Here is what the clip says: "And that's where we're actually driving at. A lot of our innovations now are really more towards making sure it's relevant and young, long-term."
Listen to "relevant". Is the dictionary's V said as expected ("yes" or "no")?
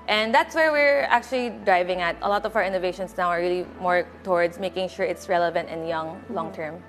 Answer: yes